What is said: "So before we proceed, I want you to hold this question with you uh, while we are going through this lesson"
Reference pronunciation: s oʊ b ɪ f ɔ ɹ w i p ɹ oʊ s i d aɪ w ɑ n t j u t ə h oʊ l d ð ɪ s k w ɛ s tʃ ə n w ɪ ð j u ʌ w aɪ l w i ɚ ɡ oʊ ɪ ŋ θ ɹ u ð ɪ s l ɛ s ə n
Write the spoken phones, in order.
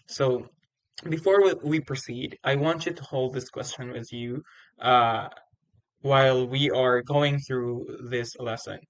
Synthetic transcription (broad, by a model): s oʊ b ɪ f ɔ ɹ w i p ɹ oʊ s i d aɪ w ɑ n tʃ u t ə h oʊ l d ð ɪ s k w ɛ s tʃ ə n w ɪ ð j u ʌ w aɪ l w i ɚ ɡ oʊ ɪ ŋ θ ɹ u ð ɪ s l ɛ s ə n